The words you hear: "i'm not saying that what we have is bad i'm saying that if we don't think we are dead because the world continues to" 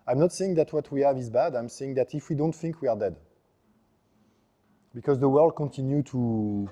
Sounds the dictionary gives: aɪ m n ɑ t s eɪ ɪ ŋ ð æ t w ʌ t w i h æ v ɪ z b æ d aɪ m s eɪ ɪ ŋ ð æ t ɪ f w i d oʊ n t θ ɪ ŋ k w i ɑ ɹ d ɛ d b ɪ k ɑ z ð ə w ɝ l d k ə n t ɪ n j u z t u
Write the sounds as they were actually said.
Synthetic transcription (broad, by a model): aɪ m n ɑ t s eɪ ɪ ŋ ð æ t w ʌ t w i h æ v ɪ z b æ d aɪ m s eɪ ɪ ŋ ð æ t ɪ f w i d oʊ n t θ ɪ ŋ k w i ɑ ɹ d ɛ d b ɪ k ɑ z ð ə w ɝ l d k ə n t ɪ n j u t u